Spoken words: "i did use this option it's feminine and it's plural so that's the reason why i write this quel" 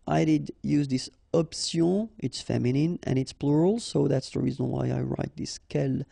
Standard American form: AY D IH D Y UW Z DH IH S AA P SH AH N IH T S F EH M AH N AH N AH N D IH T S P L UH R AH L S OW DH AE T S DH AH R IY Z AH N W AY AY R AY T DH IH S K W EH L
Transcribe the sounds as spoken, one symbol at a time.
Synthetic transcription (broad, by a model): AY D IH D Y UW Z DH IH S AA P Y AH IH T S F EH M AH N AH N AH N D IH T S P L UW R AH L S OW DH AE T S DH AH R IY Z AH N W AY AY R AY T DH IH S K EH L